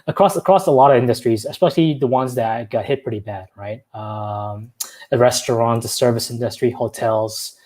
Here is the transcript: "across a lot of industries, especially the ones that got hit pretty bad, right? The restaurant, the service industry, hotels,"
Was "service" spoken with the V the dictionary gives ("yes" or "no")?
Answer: yes